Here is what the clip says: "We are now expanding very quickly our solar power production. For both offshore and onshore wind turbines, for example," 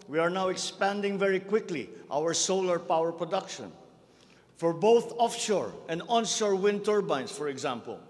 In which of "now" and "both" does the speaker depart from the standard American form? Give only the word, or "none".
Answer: none